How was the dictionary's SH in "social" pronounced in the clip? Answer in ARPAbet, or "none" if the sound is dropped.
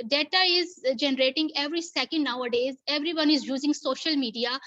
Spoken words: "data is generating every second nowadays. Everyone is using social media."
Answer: SH